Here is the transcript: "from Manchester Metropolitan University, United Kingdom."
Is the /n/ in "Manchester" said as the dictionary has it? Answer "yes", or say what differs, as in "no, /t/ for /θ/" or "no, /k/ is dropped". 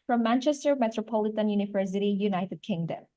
yes